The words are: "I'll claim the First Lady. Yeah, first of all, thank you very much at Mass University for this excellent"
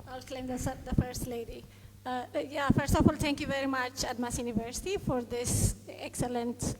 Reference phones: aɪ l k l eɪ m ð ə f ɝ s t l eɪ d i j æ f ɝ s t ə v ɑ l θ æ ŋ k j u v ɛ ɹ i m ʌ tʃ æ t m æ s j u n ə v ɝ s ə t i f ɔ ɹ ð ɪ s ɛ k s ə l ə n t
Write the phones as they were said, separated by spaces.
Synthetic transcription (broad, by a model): aɪ l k l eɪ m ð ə f ɝ s t l eɪ d i j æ f ɝ s t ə f ɑ l t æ ŋ k j u v ɛ ɹ i m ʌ tʃ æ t m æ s j u n ə v ɝ s ə t i f ɔ ɹ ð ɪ s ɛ k s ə l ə n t